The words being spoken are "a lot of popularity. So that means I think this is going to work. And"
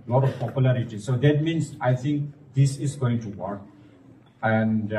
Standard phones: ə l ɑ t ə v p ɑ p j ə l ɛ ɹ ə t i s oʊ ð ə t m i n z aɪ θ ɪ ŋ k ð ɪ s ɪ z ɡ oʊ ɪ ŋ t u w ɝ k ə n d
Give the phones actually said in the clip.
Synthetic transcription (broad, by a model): l ɑ t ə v p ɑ p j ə l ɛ ɹ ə t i s oʊ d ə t m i n s aɪ t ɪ ŋ k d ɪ s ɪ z ɡ oʊ ɪ ŋ t u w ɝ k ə n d